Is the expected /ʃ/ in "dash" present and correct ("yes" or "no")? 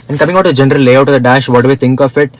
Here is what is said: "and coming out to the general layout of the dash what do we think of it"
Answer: yes